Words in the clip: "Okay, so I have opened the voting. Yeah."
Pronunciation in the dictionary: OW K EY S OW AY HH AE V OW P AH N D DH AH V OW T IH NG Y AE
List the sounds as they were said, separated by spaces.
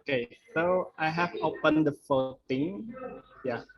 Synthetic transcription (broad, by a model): K EY S OW AY HH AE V OW P AH N D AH F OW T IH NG Y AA